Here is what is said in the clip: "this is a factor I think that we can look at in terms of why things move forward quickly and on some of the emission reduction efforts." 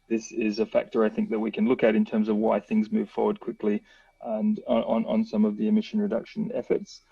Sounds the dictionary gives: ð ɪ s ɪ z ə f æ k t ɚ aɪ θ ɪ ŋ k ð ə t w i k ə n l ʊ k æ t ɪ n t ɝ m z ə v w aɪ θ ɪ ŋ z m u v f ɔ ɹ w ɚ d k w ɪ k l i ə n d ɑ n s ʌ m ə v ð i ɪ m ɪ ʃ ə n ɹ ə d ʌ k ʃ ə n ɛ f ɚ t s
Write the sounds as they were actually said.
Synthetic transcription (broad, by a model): ð ɪ s ɪ z ə f æ k t ɚ aɪ θ ɪ ŋ k ð ə t w i k ə n l ʊ k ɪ t ɪ n t ɝ m z ə v w aɪ θ ɪ ŋ z m u v f ɔ ɹ w ɚ d k w ɪ k l i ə n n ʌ n s ʌ m ə v ð i ɪ m ɪ ʃ ə n ɹ ə d ʌ k ʃ ə n ɛ f ɚ t s